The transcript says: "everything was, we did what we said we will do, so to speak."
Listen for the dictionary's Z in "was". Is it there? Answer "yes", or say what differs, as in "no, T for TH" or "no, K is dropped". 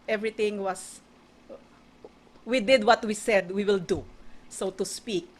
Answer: no, S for Z